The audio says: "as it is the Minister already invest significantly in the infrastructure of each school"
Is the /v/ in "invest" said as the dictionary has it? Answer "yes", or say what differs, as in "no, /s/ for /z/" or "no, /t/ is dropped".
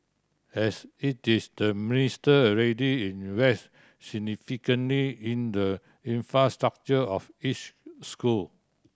no, /w/ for /v/